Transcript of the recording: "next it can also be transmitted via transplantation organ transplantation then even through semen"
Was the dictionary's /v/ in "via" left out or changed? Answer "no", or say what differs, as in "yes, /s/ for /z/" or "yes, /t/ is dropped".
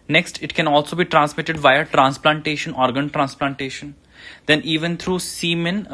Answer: no